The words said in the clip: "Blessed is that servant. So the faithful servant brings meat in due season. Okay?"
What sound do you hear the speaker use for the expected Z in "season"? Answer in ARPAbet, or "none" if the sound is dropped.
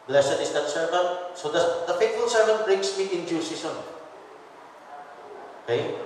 S